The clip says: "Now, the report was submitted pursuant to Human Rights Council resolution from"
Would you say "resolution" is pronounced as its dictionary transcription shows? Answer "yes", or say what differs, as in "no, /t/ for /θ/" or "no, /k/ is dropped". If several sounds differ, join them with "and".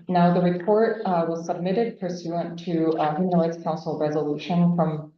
yes